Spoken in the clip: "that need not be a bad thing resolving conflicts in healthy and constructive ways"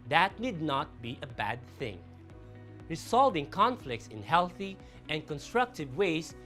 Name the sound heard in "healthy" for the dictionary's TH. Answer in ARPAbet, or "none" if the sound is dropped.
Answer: TH